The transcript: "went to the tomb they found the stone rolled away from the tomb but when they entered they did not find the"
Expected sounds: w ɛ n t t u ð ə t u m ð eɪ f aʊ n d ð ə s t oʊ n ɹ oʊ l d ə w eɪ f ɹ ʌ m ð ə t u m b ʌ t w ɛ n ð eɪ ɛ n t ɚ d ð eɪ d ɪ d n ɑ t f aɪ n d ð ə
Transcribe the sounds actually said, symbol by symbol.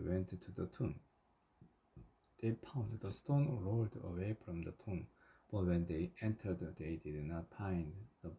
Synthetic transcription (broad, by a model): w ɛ n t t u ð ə t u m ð eɪ p aʊ n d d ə s t oʊ n ɹ oʊ l d ə w eɪ f ɹ ʌ m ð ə t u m b ʌ t w ɛ n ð eɪ ɛ n t ɚ d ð eɪ d ɪ d n ɑ t p aɪ n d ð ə